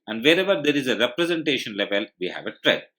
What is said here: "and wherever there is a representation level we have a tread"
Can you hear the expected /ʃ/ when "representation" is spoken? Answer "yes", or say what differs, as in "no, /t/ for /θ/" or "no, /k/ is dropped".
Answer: yes